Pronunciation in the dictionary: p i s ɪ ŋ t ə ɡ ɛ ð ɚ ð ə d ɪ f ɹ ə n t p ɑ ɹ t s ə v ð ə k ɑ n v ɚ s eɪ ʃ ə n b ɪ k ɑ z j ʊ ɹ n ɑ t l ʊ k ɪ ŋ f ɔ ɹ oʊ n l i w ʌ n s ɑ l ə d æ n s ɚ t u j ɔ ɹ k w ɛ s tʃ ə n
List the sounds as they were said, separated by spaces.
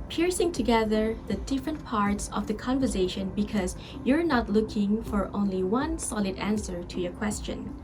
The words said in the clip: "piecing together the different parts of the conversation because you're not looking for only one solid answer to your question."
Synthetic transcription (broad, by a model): p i s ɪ ŋ t ə ɡ ɛ ð ɚ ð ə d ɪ f ɹ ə n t p ɑ ɹ t s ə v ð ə k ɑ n v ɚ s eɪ ʃ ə n b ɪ k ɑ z j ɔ ɹ n ɑ t l ʊ k ɪ ŋ f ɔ ɹ oʊ n l i w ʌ n s ɑ l ə d æ n s ɚ t u j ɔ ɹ k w ɛ s tʃ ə n